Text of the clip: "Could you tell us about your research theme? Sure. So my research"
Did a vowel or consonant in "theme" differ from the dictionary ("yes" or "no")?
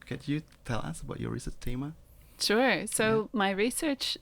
yes